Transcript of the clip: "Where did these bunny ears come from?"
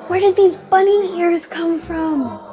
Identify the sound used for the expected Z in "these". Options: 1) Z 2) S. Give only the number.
1